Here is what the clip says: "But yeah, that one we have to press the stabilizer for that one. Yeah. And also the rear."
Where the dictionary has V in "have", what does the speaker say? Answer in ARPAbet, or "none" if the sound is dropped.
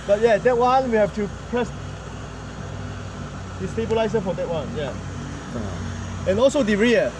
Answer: F